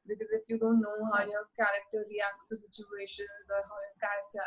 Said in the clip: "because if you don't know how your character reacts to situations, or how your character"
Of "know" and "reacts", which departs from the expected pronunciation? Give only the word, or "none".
none